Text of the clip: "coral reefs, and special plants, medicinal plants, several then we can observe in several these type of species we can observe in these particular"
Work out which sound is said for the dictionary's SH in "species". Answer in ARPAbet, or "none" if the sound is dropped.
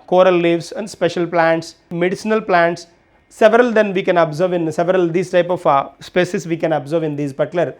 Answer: S